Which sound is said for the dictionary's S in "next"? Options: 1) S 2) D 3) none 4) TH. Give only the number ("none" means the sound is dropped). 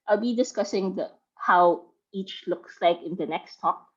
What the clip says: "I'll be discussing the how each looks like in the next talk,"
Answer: 1